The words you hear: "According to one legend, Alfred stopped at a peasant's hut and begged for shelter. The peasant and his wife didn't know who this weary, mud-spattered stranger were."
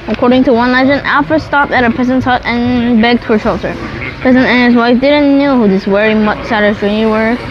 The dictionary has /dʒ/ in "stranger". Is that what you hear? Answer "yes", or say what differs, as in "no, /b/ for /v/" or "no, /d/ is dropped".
no, /dʒ/ is dropped